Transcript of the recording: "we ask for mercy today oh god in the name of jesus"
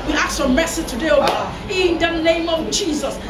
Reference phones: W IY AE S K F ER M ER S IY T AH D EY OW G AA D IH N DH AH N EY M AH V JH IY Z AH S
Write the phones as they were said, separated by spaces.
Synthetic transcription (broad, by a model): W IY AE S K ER M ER S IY T AH D EY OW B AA IH N DH AH N EY M AH V JH IY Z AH S